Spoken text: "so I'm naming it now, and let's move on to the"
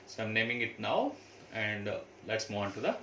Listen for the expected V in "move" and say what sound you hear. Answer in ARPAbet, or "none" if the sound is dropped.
none